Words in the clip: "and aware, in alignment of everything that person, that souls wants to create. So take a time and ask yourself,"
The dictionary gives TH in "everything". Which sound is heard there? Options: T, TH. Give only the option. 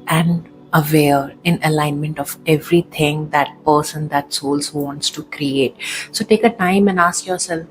T